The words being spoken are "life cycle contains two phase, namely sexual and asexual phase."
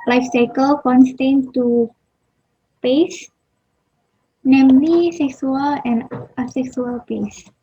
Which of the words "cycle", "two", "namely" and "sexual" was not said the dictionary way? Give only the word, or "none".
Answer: sexual